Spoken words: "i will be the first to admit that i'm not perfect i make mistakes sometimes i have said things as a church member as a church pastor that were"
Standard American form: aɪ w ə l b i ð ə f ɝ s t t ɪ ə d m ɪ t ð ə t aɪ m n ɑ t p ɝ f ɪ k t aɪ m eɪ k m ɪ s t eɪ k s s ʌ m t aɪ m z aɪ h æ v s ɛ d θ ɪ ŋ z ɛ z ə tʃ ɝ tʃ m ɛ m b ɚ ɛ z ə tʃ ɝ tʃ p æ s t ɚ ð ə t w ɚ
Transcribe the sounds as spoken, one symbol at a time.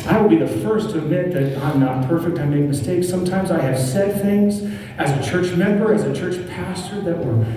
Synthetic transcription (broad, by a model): aɪ w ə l b i ð ə f ɝ s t t ɪ ə d m ɪ t ð ə t aɪ m n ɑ t p ɝ f ɪ k t aɪ m eɪ k m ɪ s t eɪ k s s ʌ m t aɪ m z aɪ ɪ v s ɛ d θ ɪ ŋ z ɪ z ə tʃ ɝ tʃ m ɛ m b ɚ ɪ z ə tʃ ɝ tʃ p æ s t ɚ ð ə t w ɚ